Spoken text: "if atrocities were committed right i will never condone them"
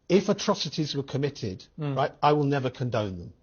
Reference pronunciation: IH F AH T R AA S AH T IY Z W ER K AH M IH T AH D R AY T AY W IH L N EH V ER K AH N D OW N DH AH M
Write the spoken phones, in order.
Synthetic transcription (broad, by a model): IH F AH T R AA S AH T IY Z W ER K AH M IH T AH D R AY T AY W IH L N EH V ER K AH N D OW N DH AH M